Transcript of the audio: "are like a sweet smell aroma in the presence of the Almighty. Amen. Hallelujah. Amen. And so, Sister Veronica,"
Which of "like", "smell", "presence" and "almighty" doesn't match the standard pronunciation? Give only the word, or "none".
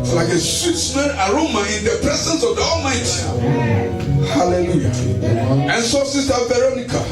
smell